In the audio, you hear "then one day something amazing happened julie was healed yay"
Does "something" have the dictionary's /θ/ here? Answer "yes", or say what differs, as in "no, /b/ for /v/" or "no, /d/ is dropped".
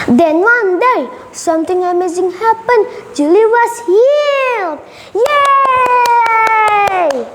no, /t/ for /θ/